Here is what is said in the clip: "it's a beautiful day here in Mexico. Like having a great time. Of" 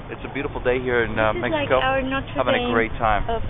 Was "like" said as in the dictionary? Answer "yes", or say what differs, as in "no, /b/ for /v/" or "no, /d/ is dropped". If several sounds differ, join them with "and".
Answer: no, /n/ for /l/